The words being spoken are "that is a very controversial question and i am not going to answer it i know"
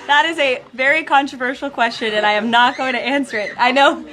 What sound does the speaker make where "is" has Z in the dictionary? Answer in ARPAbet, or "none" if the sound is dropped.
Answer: Z